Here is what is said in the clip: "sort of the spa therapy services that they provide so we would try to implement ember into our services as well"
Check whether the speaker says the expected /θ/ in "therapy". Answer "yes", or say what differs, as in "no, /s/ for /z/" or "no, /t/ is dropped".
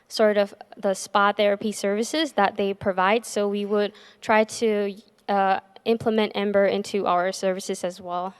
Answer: yes